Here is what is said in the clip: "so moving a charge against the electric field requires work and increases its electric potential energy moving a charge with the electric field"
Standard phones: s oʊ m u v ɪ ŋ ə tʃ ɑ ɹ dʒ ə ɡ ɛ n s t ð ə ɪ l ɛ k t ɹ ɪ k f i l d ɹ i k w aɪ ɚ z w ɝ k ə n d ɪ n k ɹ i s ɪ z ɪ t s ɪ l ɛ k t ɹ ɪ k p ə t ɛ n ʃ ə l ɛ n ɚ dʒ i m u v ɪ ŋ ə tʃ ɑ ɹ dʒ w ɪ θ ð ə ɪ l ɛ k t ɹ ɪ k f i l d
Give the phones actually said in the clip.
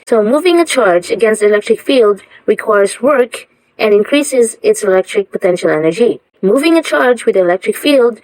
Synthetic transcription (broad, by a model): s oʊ m u v ɪ ŋ ə tʃ ɑ ɹ dʒ ə ɡ ɛ n s t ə ɪ l ɛ k t ɹ ɪ k f i l d ɹ i k w aɪ ɚ z w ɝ k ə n ɪ n k ɹ i s ɪ z ɪ t s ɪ l ɛ k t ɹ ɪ k p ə t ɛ n ʃ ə l ɛ n ɚ dʒ i m u v ɪ ŋ ə tʃ ɑ ɹ dʒ w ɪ ð ə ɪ l ɛ k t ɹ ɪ k f i l d